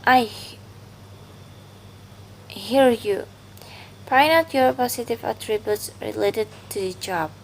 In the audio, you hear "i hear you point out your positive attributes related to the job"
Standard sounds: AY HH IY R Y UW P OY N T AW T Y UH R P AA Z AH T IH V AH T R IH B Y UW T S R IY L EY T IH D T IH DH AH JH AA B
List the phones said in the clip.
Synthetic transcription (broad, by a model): AY HH IY R Y UW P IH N AW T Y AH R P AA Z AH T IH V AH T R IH B Y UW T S R IY L EY T IH D T IH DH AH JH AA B